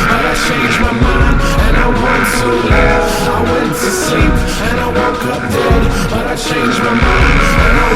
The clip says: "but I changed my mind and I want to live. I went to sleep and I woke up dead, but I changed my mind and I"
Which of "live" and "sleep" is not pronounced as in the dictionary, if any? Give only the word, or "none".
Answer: live